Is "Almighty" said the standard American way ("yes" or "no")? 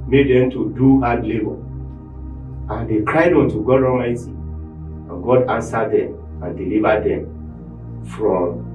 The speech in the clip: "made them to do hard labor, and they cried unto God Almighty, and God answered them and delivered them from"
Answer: no